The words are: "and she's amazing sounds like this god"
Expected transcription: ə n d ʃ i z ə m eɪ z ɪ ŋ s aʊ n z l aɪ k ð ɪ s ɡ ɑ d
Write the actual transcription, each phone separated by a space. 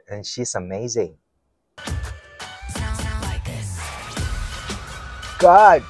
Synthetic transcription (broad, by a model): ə n ʃ i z ə m eɪ z ɪ ŋ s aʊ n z l aɪ k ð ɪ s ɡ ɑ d